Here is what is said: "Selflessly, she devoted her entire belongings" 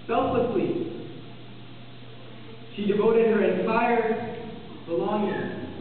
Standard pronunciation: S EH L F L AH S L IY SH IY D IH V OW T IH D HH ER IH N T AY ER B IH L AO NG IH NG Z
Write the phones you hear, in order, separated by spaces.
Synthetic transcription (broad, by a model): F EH L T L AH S L IY SH IY D IH V OW T IH D HH ER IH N S AY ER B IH L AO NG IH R